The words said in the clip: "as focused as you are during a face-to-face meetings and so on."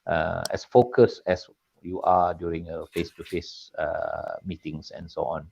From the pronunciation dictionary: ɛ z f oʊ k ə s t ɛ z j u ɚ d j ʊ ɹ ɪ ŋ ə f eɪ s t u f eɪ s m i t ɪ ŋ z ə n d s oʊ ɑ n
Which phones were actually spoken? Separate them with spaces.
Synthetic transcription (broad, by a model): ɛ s f oʊ k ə s ɛ s j u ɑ d j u ɹ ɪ ŋ ə f eɪ s t u f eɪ s m i t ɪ ŋ s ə n s oʊ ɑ n